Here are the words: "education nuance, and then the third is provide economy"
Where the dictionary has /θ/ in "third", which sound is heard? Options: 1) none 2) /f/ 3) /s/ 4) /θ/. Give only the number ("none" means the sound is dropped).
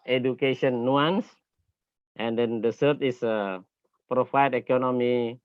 3